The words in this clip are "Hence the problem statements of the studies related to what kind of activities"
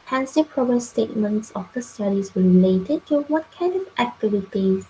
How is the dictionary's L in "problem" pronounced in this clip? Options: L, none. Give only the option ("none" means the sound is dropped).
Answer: none